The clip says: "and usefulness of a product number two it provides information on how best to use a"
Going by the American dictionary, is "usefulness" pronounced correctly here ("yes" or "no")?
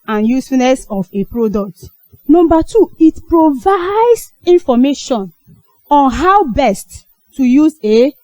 no